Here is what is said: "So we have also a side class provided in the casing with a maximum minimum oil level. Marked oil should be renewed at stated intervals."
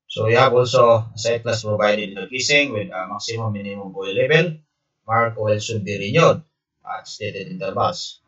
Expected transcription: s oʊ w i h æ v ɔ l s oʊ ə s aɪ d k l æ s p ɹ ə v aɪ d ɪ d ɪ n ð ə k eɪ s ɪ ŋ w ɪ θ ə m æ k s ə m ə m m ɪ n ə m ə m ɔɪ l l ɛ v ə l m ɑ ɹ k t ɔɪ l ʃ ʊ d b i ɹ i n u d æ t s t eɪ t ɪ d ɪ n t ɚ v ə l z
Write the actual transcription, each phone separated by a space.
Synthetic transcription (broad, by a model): s oʊ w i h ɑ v ɔ l s oʊ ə s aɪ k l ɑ s p ɹ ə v aɪ d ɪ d ɪ n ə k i s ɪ ŋ w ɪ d ə m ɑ k s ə m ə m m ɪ n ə m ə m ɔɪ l l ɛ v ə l m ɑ ɹ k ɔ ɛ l s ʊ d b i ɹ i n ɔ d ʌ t s t eɪ t ɪ d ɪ n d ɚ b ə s